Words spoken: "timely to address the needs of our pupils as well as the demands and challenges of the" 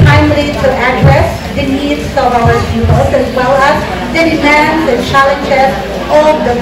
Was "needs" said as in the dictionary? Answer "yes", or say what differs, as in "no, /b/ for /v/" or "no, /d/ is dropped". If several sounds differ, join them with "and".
no, /s/ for /z/